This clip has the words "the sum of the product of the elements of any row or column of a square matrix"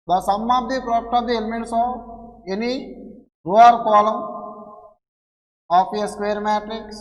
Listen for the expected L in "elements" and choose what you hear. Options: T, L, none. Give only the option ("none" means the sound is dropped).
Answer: L